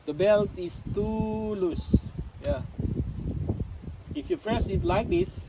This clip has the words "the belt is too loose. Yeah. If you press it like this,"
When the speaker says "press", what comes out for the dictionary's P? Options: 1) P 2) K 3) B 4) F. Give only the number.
4